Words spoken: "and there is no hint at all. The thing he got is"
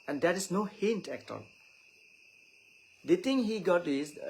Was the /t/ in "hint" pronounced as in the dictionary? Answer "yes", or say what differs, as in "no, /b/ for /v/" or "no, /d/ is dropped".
yes